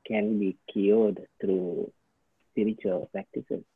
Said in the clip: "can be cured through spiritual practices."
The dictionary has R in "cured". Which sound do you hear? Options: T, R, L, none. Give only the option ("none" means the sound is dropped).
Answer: L